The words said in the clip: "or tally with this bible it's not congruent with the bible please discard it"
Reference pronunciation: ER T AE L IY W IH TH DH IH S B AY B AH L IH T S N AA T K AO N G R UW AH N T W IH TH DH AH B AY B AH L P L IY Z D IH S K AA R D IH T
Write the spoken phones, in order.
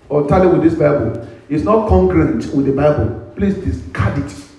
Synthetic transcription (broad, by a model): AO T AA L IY W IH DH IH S B AY B AH L IH T S N AA T K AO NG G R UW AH N T W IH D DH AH B AY B AH L P L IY S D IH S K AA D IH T